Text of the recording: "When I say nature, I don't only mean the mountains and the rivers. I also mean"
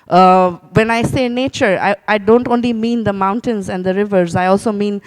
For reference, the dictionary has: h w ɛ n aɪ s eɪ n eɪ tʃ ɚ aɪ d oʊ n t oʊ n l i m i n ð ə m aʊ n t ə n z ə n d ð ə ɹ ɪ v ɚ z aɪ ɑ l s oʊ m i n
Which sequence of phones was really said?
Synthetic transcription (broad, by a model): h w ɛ n aɪ s eɪ n eɪ tʃ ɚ aɪ d oʊ n t oʊ n l i m i n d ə m aʊ n t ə n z ə n d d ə ɹ ɪ v ɚ z aɪ ɑ l s oʊ m i n